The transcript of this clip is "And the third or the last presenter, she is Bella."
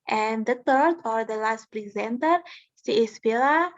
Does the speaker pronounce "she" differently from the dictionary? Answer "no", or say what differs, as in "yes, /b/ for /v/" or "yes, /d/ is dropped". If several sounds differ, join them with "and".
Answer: yes, /s/ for /ʃ/